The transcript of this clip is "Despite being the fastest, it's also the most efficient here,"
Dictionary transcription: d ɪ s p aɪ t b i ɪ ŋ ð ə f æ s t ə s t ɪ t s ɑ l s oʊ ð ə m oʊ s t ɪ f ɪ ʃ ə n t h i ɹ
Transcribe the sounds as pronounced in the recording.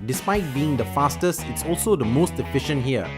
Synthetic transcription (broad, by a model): d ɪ s p aɪ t b i ɪ ŋ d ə f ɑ s t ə s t ɪ t s ɑ l s oʊ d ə m oʊ s t ɪ f ɪ ʃ ə n t h i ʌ